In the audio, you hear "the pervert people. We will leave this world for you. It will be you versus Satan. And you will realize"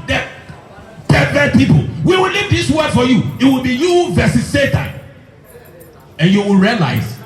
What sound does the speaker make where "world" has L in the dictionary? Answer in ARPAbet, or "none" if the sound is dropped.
none